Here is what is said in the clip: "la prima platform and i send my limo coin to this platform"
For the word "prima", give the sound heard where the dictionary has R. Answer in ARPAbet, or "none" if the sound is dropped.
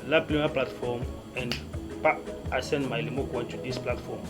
L